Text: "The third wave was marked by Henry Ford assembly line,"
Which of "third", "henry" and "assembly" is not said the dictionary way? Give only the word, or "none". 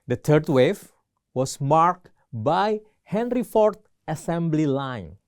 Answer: third